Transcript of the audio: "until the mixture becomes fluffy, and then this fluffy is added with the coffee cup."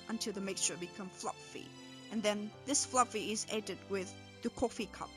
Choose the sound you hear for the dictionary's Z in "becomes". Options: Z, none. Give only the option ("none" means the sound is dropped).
none